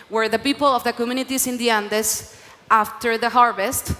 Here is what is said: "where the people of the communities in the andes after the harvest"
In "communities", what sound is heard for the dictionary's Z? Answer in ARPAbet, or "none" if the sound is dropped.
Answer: S